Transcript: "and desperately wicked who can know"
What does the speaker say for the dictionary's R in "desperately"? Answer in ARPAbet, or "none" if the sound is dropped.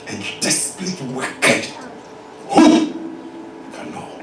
L